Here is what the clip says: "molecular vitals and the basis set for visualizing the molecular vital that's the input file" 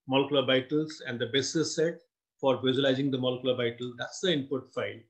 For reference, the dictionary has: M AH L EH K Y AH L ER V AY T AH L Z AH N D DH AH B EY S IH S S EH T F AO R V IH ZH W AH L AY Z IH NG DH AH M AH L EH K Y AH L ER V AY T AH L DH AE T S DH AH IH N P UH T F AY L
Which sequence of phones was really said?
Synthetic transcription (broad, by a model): M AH L K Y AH L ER B AY T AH L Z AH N D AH B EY S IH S S EH T F AO R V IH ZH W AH L AY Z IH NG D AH M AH L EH K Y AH L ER B AY T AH L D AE T S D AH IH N P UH T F AY L